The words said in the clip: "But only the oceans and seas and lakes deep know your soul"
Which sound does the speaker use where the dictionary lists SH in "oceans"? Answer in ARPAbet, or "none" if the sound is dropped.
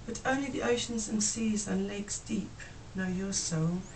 SH